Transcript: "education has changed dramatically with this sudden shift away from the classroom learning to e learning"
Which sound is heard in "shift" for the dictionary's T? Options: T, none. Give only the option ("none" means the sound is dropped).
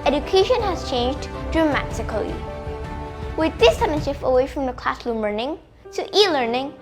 none